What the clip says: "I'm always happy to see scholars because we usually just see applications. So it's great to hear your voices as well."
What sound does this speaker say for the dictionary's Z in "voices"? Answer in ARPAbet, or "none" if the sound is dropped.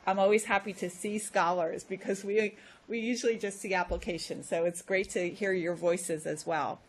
Z